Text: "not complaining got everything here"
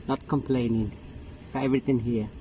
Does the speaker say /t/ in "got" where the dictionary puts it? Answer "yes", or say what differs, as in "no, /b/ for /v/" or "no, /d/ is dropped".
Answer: no, /t/ is dropped